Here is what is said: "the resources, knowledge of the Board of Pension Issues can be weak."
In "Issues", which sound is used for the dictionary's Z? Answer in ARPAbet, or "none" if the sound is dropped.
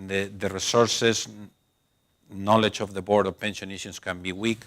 S